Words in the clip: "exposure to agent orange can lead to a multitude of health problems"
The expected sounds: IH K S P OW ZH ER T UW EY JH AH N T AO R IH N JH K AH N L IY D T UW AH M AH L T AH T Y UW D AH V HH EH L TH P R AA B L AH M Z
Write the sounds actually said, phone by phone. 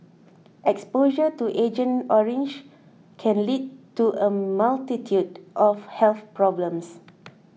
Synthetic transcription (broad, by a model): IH K S P OW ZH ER T UW EY JH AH N AO R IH N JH K AH N L IY D T UW AH M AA L T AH T Y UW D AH F HH EH L TH P R AA B L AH M S